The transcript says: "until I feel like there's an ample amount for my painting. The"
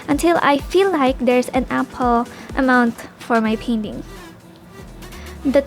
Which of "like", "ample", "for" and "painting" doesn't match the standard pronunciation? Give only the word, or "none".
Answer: ample